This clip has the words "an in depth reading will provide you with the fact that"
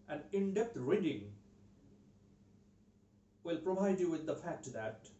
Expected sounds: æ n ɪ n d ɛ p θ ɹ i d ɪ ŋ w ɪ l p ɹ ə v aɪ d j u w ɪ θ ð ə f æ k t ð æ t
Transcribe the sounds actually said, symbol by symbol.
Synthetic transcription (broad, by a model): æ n ɪ n d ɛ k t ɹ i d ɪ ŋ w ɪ l p ɹ ə v aɪ d j u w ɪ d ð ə f æ k t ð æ t